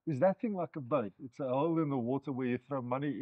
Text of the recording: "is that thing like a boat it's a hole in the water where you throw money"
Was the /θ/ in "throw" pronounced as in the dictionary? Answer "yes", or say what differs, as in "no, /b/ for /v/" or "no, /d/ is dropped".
yes